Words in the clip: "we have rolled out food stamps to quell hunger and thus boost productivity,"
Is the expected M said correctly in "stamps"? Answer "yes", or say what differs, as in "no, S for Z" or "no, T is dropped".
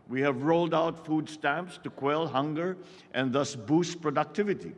yes